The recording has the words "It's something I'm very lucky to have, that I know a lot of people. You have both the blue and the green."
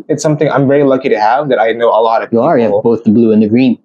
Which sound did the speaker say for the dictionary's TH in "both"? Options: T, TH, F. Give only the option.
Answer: TH